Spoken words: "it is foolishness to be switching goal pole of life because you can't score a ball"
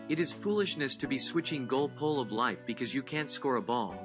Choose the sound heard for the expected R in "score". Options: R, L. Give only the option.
R